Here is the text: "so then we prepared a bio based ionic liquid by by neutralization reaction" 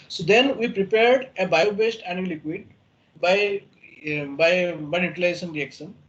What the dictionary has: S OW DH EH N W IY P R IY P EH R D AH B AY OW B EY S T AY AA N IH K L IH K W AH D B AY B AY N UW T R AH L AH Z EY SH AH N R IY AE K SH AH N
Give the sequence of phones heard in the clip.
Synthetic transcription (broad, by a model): S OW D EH N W IY P R IY P EH R D AH B AY OW B EY S T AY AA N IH L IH K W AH D B AY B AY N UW T AH L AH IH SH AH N R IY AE K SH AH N